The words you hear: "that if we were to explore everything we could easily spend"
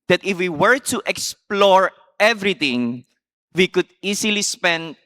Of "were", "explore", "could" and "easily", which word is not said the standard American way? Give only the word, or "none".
easily